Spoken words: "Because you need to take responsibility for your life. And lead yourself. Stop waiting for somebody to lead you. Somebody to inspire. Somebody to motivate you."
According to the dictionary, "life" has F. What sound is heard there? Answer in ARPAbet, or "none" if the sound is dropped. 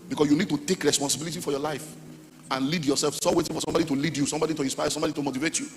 F